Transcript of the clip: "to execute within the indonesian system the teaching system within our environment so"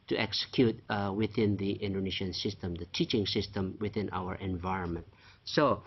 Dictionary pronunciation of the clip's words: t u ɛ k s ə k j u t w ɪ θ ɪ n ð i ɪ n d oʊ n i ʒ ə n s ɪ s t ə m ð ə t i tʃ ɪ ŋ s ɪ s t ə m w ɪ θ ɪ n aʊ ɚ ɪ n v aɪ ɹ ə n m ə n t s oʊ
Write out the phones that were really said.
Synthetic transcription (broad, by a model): t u ɛ k s ə k j u t w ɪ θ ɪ n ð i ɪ n d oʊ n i ʃ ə n s ɪ s t ə m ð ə t i tʃ ɪ ŋ s ɪ s t ə m w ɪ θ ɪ n aʊ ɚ ɪ n v aɪ ɹ ə n m ə n t s oʊ